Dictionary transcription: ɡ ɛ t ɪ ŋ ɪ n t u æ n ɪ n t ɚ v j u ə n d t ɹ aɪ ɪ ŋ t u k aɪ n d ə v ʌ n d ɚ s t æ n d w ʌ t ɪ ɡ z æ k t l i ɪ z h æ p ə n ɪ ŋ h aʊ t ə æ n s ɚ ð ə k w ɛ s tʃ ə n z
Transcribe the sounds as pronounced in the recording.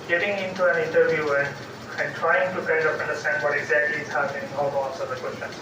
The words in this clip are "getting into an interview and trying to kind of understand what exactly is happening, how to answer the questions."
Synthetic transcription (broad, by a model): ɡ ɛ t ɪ ŋ ɪ n t u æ n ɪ n t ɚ v j u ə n t ɹ aɪ ɪ ŋ t u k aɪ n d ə p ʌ n d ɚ s t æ n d w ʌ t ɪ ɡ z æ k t l i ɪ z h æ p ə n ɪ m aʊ s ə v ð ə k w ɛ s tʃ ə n